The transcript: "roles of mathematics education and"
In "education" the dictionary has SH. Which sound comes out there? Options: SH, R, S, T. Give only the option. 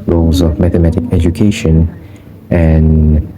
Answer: SH